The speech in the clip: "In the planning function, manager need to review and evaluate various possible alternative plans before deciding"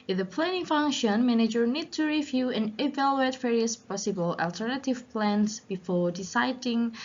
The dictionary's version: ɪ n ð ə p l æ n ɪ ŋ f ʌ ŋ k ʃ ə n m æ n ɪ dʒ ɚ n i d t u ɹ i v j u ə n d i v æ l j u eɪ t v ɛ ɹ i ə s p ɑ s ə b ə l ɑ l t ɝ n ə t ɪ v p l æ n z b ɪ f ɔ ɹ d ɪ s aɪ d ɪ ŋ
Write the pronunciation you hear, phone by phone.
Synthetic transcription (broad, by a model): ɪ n ð ə p l æ n ɪ ŋ f ʌ ŋ k ʃ ə n m æ n ɪ dʒ ɚ n i d t u ɹ i v j u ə n i v æ l j u eɪ t v ɛ ɹ i ə s p ɑ s ə b ə l ɑ l t ɝ n ə t ɪ v p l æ n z b ɪ f ɔ ɹ d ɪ s aɪ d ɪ ŋ